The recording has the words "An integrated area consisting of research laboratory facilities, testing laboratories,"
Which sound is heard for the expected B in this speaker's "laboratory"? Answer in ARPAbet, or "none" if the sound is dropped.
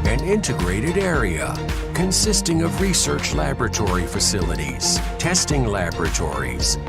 B